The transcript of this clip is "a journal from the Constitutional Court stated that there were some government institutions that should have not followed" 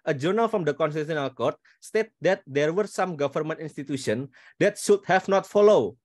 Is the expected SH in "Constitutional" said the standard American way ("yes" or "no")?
no